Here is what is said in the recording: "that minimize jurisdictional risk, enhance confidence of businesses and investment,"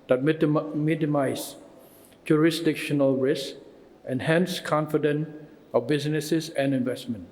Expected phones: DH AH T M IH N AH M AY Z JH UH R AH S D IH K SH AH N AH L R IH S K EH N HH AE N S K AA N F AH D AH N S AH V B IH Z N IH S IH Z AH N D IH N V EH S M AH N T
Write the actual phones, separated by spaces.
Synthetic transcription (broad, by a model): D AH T M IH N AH M AY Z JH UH R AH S D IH K SH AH N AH L R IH S EH N HH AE N S K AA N F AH D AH N AH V B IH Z N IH S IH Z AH N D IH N V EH S M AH N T